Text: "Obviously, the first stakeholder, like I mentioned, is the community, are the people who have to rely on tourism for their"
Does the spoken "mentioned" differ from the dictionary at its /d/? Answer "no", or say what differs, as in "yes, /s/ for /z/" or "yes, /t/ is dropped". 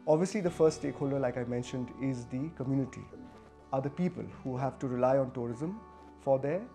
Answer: no